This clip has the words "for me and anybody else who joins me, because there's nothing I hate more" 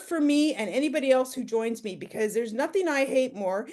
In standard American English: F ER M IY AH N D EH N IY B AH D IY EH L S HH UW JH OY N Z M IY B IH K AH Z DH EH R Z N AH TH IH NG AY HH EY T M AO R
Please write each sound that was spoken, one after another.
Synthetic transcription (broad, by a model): F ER M IY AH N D EH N IY B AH D IY EH L S HH UW JH OY N Z M IY B IH K AH Z DH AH R Z N AH TH IH NG AY HH EY T M AO R